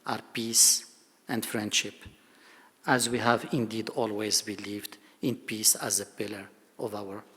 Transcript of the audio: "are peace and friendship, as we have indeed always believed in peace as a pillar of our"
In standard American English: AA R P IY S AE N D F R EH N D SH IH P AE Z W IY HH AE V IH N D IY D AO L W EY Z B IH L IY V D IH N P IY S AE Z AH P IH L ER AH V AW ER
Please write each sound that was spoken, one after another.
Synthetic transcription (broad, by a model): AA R P IY S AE N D F R EH N D SH IH P AE Z W IY HH AE V IH N D IY D AO L W EY Z B IH L IY V D IH N P IY S AE Z AH P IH L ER AH V AW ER